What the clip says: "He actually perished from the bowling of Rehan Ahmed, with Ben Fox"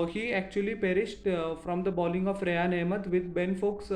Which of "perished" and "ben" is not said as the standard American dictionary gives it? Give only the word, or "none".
none